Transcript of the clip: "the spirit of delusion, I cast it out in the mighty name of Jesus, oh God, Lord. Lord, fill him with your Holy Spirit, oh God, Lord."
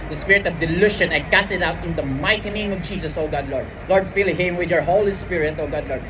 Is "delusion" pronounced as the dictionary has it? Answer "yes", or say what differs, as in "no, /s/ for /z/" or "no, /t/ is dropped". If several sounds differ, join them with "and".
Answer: no, /ʃ/ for /ʒ/